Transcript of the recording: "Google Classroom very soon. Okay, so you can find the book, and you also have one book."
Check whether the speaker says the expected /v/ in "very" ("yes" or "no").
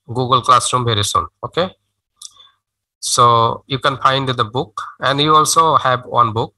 no